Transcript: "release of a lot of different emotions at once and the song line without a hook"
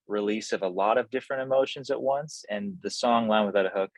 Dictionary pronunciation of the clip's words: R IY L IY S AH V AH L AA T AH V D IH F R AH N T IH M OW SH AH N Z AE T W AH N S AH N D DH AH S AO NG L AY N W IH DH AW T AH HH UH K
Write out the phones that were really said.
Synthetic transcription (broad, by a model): R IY L IY S AH V AH L AA T AH V D IH F R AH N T IH M OW SH AH N Z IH T W AH N S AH N DH AH S AO NG L AY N W IH DH AW T AH HH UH K